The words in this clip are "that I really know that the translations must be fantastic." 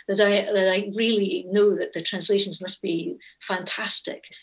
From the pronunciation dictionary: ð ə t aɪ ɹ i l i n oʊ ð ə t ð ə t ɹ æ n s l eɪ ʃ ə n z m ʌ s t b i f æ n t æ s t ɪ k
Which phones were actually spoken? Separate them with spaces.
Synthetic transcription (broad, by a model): ð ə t aɪ ɹ i l i n oʊ ð ə t ð ə t ɹ æ n s l eɪ ʃ ə n z m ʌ s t b i f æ n t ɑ s t ɪ k